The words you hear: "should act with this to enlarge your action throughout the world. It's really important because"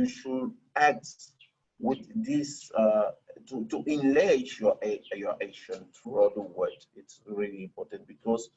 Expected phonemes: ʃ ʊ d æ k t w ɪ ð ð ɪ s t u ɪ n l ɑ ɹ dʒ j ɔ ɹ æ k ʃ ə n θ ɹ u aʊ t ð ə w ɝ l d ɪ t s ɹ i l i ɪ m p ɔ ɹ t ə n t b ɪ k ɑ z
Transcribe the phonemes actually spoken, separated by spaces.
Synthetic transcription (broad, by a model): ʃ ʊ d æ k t w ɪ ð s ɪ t t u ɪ n l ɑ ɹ j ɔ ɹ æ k ʃ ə n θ ɹ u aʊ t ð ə w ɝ d ɪ t s ɹ i l i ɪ m p ɔ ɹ t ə n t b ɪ k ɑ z